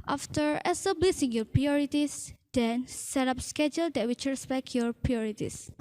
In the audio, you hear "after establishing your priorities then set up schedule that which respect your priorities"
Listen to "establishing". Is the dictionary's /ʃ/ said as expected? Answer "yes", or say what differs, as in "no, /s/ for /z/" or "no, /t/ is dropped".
no, /s/ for /ʃ/